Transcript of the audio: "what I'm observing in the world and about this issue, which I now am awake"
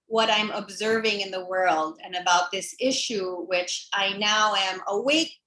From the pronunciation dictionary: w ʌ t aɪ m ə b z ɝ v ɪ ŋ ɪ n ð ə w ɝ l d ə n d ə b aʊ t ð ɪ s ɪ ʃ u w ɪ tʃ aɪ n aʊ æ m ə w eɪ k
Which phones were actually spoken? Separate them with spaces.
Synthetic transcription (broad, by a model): w ʌ t aɪ m ə b z ɝ v ɪ ŋ ɪ n ð ə w ɝ l d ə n ə b aʊ t ð ɪ s ɪ ʃ u w ɪ tʃ aɪ n aʊ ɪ m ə w eɪ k